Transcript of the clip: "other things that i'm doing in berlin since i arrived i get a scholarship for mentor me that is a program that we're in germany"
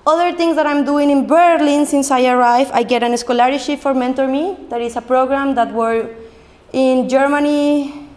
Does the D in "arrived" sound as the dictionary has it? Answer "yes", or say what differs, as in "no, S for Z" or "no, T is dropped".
no, D is dropped